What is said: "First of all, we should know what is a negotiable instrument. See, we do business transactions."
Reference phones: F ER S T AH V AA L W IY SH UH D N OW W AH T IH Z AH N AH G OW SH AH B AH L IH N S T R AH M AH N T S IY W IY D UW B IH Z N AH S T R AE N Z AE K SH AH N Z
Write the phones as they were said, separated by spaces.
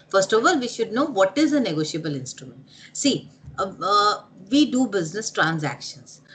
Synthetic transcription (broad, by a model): F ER S T AH V AA L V IY SH UH D N OW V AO T IH Z AH N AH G OW SH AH B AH L IH N S T R AH M AH N T S IY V IY D UW B IH Z N AH S T R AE N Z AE K SH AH N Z